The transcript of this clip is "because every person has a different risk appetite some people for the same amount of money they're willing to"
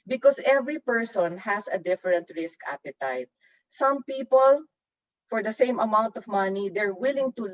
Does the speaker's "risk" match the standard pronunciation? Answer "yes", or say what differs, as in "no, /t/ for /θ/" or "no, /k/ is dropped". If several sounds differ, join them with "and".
yes